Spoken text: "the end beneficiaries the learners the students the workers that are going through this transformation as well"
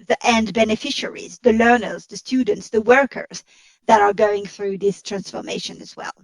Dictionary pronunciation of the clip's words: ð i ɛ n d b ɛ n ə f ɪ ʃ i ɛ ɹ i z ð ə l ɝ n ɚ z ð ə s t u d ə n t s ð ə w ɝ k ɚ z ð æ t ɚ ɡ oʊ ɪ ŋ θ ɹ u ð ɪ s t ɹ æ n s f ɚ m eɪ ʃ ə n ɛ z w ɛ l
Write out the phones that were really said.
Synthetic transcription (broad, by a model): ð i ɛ n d b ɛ n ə f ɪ ʃ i ɹ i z ð ə l ɝ n ɚ z ð ə s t u d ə n t s ð ə w ɝ k ɚ z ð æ t ɚ ɡ oʊ ɪ ŋ θ ɹ u ð ɪ s t ɹ æ n s f ɚ m eɪ ʃ ə n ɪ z w ɛ l